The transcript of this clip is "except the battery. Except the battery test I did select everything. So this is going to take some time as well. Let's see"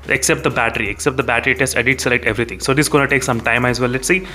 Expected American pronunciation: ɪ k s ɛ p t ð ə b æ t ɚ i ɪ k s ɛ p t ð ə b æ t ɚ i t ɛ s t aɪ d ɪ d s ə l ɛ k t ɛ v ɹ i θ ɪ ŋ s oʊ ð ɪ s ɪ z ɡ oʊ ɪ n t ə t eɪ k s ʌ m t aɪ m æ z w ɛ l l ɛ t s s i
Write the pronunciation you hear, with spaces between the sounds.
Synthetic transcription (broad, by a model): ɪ k s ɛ p t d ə b æ t ɚ i ɪ k s ɛ p t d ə b æ t ɚ i t ɛ s t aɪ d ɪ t s ə l ɛ k t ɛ v ɹ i t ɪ ŋ s oʊ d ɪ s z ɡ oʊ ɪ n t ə t eɪ k s ʌ m t aɪ m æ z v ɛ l l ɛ t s s i